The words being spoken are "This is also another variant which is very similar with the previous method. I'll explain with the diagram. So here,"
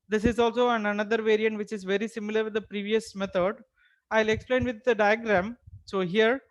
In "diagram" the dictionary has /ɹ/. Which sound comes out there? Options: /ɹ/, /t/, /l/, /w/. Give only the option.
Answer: /ɹ/